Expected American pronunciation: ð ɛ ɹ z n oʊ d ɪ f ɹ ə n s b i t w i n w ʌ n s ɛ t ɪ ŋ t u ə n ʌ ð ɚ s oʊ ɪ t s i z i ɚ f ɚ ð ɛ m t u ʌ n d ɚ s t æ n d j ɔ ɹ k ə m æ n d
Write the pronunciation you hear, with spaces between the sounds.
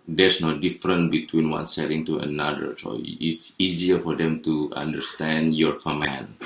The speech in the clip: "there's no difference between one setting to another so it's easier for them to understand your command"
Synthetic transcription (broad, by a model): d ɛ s n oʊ d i f ɹ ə n b i t w i n w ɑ n s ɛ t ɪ ŋ t u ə n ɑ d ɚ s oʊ ɪ t s i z i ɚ f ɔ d ɛ m t u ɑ n d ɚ s t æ n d j ɔ ɹ k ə m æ n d